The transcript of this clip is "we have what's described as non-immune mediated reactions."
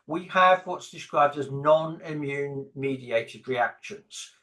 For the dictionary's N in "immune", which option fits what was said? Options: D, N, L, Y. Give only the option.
N